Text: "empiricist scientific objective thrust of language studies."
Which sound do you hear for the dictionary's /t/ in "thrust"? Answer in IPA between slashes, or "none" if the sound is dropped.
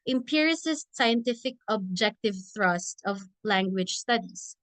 /t/